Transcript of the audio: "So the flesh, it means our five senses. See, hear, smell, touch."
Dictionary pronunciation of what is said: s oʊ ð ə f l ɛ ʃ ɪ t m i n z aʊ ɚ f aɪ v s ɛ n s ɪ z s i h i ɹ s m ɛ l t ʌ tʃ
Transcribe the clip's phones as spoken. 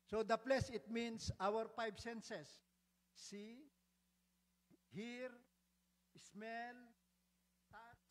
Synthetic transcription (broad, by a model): s oʊ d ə p l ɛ s ɪ t m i n s aʊ ɚ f aɪ b s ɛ n s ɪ s i h i ɹ s m ɛ l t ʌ